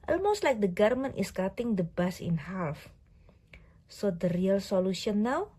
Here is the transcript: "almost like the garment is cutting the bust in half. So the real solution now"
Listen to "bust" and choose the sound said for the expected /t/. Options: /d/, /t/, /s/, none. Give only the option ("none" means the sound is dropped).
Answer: none